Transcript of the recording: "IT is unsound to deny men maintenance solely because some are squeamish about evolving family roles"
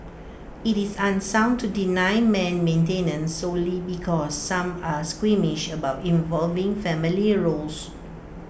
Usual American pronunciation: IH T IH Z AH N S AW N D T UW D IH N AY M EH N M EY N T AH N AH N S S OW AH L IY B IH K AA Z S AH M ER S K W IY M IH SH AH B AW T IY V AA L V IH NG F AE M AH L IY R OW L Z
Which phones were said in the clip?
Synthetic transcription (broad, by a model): IH T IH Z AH N S AW N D T UW D IH N AY M EH N M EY N T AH N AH N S S OW L IY B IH K AA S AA M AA S K W IY M IH SH AH B AW T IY V AA L V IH NG F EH M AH L IY R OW L S